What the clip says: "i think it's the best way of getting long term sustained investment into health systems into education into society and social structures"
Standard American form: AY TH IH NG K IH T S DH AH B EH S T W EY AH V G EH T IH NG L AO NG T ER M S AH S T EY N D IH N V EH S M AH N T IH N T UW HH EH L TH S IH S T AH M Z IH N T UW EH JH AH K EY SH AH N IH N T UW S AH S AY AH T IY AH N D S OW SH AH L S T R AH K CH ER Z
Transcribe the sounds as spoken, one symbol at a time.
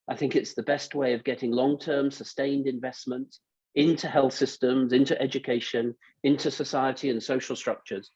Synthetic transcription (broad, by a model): AY TH IH NG K IH T S DH AH B EH S T W EY AH V G EH T IH NG L AO NG T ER M S AH S T EY N D IH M V EH S M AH N T IH N T UW HH EH L TH S IH S T AH M Z IH N T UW EH JH AH K EY SH AH N IH N T UW S AH S AY AH T IY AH N S OW SH AH L S T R AH K CH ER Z